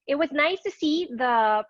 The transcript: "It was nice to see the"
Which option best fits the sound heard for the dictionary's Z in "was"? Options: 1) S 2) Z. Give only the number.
2